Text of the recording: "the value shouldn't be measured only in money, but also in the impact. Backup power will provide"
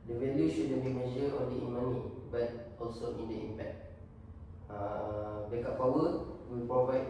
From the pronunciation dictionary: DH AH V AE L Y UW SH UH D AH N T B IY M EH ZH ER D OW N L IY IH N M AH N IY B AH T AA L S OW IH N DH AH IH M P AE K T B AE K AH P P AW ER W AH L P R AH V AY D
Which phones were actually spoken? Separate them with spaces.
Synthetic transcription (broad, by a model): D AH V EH L Y UW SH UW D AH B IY M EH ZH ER OW N L IY IH N M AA N IY B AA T AA L S OW IH N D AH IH M P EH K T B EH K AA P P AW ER W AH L P R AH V AY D